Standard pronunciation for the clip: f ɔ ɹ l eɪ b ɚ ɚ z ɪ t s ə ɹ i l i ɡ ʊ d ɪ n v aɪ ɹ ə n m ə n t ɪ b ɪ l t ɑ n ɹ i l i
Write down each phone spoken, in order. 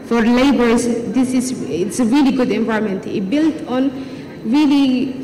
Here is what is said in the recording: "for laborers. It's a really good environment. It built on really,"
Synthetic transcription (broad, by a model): f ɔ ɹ l eɪ b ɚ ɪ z ɪ t s ə ɹ i l i ɡ ʊ d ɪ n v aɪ ə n m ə n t ɪ b ɪ l t ɑ n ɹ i l i